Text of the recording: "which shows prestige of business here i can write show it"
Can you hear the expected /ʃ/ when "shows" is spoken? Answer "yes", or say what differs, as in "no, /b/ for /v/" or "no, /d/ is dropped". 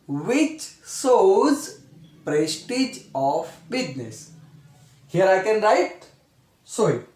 no, /s/ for /ʃ/